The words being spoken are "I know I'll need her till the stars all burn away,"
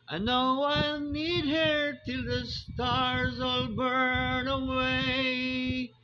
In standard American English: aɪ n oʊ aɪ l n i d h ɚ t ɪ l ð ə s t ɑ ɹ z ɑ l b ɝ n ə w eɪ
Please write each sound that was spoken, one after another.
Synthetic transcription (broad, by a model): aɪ n oʊ aɪ l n i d h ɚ t ɪ l ð ə s t ɑ ɹ z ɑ l b ɝ n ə w eɪ